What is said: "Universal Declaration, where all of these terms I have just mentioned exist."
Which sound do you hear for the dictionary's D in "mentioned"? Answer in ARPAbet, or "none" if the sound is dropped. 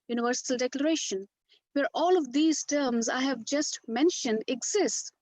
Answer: D